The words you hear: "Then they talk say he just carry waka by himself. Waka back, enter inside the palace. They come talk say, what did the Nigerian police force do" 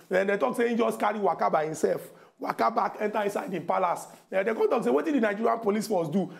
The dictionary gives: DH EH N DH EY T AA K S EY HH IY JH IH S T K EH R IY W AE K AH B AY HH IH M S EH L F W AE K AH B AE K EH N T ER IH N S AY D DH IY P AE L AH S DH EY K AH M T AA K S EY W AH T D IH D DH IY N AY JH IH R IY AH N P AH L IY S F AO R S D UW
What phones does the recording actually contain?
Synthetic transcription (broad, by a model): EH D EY T AA K S EY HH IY JH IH S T K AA R IY W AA K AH B AY HH IH M S EH L F W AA K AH B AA K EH N T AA IH N S AY D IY P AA L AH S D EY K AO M T AA K S EY W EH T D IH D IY N AY JH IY R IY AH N P AH L IY S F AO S D UW